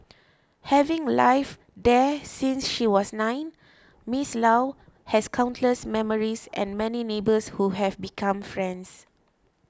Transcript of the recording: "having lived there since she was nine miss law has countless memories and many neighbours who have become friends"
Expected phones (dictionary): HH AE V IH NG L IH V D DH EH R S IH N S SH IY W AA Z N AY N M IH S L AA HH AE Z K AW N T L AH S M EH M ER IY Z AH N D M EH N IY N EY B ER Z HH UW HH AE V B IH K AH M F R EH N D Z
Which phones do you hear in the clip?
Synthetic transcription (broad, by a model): HH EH V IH NG L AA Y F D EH S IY N S SH IY W AA S N AY N M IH S L AA HH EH S K AW N T L AH S M EH M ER IY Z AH N M EH N IY N EY B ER S HH UW HH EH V B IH K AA M F R EH N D S